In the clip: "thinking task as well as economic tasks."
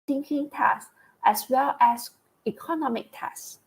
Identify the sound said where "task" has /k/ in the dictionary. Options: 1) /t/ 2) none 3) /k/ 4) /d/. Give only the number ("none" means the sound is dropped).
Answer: 2